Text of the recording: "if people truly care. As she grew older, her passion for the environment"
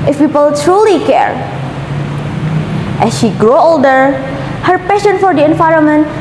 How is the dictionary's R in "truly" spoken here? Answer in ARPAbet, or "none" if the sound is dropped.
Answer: R